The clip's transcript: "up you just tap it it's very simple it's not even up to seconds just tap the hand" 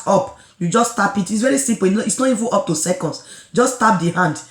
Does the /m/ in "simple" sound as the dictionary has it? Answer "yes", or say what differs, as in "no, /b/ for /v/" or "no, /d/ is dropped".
no, /m/ is dropped